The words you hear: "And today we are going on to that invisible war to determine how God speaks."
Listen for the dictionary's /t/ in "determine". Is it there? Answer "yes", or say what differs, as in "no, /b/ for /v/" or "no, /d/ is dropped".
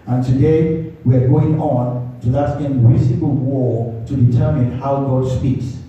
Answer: yes